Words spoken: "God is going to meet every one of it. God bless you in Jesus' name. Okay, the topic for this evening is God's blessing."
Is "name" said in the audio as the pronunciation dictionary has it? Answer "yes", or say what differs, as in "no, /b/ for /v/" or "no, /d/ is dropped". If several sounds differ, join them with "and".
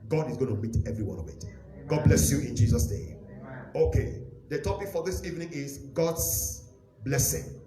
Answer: no, /m/ is dropped